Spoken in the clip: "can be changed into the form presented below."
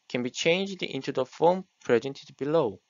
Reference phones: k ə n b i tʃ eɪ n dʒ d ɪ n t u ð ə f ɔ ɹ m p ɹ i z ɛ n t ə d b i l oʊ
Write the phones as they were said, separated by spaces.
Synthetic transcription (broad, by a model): k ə n b i tʃ eɪ n dʒ d ɪ n t u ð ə f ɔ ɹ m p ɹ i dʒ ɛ n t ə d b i l oʊ